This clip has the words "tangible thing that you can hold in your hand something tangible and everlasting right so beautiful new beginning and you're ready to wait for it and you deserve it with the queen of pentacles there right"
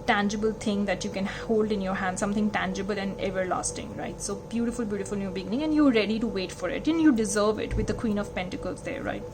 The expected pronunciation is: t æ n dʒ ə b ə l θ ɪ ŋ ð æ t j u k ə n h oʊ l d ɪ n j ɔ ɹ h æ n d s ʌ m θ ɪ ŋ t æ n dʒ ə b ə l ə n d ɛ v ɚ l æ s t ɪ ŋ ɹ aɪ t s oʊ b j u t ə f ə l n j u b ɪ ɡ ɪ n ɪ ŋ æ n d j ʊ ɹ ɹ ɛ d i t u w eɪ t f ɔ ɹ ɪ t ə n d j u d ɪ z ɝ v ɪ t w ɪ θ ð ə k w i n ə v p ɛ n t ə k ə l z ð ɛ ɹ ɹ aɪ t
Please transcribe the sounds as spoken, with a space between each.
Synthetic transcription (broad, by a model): t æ n dʒ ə b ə l t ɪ ŋ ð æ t j u k ə n h oʊ l d ɪ n j ɔ ɹ h æ n d s ʌ m t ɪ ŋ t æ n dʒ ə b ə l ə n d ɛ v ɚ l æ s t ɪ ŋ ɹ aɪ t s oʊ b j u t ə f ə l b j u b ɪ ɡ ɪ n ɪ ŋ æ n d j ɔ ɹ ɹ ɛ d i t u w eɪ t f ɔ ɹ ɪ t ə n j u d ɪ z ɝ v ɪ t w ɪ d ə k w i n ə v p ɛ n t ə k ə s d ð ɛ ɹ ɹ aɪ t